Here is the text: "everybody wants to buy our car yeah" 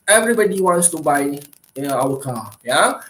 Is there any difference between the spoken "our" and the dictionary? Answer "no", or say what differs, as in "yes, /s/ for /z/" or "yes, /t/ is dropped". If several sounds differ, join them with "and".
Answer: yes, /w/ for /ɹ/